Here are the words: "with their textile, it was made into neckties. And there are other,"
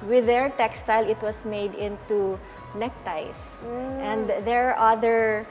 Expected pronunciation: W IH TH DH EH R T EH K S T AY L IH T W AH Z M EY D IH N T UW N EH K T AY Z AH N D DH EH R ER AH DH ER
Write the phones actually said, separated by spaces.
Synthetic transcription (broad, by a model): W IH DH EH R T EH K S T AY L IH T W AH S M EY D IH N T UW N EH K T AY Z AH N D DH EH R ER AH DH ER